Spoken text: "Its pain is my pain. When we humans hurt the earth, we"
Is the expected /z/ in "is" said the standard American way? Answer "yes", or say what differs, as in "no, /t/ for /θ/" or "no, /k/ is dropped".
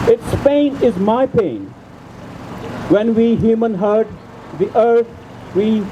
yes